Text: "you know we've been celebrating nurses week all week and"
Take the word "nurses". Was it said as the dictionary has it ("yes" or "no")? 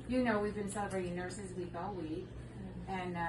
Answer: yes